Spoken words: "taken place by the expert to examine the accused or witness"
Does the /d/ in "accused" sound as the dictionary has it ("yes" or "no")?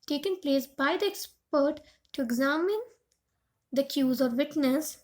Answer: no